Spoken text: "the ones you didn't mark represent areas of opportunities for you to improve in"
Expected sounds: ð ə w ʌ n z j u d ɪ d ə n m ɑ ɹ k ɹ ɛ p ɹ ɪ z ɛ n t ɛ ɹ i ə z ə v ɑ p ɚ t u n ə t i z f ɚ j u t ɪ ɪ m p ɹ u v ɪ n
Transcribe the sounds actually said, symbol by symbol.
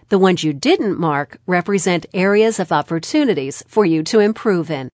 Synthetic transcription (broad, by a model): ð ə w ʌ n z j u d ɪ d n m ɑ ɹ k ɹ ɛ p ɹ ɪ z ɛ n t ɛ ɹ i ə z ə v ɑ p ɚ t u n ə t i z f ɚ j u t ɪ ɪ m p ɹ u v ɪ n